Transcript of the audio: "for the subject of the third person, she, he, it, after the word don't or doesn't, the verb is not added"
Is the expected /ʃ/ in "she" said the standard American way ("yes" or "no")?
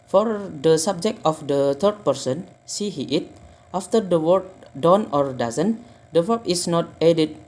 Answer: no